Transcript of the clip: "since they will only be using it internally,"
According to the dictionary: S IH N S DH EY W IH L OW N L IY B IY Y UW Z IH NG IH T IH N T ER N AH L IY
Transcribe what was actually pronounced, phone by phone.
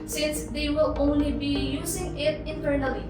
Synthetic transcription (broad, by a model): S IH N S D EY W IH L OW N L IY B IY Y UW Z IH NG IH T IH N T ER N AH L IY